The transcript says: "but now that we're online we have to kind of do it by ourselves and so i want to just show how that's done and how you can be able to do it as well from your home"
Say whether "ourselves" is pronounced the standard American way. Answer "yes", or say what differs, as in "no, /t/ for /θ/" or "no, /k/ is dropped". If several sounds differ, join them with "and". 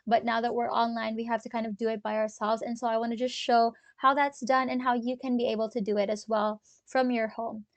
yes